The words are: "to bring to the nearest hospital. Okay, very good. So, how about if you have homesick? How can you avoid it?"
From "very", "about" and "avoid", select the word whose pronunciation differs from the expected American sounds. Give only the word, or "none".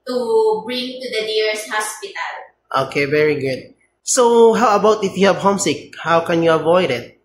none